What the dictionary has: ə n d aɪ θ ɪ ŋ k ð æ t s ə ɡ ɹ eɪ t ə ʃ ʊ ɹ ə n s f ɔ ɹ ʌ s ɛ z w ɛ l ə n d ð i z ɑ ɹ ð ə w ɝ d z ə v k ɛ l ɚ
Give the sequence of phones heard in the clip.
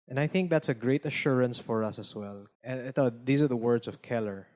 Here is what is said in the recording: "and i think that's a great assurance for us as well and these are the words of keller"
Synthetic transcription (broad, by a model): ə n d aɪ θ ɪ ŋ k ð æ t s ə ɡ ɹ eɪ t ə ʃ ʊ ɹ ə n s f ɔ ɹ ʌ s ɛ s w ɛ l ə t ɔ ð i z ɑ ɹ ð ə w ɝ d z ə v k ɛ l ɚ